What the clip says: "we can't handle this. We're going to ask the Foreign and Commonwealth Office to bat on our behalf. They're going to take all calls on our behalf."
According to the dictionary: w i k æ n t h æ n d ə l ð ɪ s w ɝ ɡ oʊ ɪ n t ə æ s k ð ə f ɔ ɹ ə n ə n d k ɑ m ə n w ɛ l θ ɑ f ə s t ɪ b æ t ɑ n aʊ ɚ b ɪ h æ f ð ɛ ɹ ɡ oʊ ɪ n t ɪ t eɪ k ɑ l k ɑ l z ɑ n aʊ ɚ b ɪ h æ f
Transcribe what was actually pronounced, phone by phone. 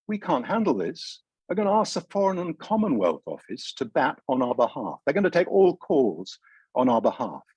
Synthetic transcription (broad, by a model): w i k æ n t h æ n d l ð ɪ s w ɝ ɡ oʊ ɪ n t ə æ s k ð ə f ɔ ɹ ə n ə n k ɑ m ə n w ɛ l θ ɑ f ə s t ɪ b æ t n aʊ ɚ b ɪ h æ f ð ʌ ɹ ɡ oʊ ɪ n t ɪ t eɪ k ɑ l k ɑ l z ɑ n aʊ ɚ b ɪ h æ f